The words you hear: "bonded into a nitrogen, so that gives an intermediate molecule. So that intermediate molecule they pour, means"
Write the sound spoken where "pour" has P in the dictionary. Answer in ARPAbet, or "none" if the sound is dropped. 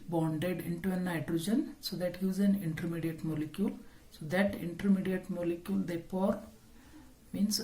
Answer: F